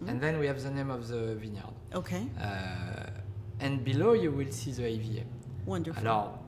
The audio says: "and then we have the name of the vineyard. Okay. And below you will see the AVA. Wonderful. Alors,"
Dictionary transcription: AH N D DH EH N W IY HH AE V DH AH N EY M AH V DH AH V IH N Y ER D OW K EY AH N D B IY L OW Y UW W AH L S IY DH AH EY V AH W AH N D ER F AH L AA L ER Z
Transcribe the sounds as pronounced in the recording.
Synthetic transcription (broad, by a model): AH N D DH EH N W IY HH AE V DH AH N EY M AH V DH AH V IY N Y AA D OW K EY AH N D B IY L OW Y UW W AH L S IY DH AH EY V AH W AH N D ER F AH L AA